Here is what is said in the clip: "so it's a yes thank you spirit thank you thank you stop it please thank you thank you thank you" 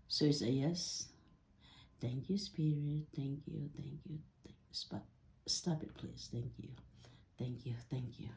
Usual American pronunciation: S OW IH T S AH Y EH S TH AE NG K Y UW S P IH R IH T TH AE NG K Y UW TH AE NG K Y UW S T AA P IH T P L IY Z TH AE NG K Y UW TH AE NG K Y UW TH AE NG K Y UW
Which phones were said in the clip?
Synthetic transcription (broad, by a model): S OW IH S AH Y EH S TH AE NG K Y UW S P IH R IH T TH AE NG K Y UW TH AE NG K Y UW S T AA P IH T P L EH S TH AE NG K Y UW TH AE NG K Y UW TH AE NG K Y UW